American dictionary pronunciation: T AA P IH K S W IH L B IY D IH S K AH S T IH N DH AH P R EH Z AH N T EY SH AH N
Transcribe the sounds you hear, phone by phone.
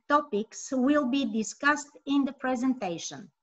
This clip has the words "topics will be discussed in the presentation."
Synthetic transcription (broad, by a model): T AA P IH K S W IH L B IY D IH S K AH S T IH N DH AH P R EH Z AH N T EY SH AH N